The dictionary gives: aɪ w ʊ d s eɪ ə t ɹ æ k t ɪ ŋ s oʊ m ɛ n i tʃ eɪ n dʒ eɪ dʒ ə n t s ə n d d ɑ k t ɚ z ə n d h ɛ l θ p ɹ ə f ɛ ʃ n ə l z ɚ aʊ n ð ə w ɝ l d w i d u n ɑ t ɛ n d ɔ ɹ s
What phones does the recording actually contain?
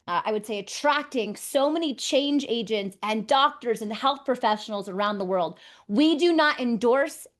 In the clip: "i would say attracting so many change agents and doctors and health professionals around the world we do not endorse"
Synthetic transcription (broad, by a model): aɪ w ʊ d s eɪ ə t ɹ æ k t ɪ ŋ s oʊ m ɛ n i tʃ eɪ n dʒ eɪ dʒ ə n t s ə n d d ɑ k t ɚ z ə n h ɛ l θ p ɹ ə f ɛ ʃ n l z ɚ aʊ n ð ə w ɝ l d w i d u n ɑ t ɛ n d ɔ ɹ s